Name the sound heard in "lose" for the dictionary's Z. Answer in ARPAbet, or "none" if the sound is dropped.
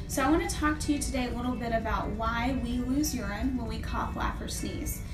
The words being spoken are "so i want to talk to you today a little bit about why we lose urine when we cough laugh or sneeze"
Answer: Z